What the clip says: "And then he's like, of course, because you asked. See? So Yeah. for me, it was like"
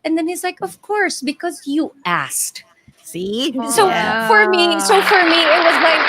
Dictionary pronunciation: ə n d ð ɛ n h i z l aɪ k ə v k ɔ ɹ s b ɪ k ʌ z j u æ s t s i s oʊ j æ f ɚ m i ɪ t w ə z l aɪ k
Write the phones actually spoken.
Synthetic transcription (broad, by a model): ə n ð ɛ n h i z l aɪ k ə v k ɔ ɹ s b ɪ k ʌ z j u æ s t s i s oʊ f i f ɚ m i ɪ t w ə z l aɪ k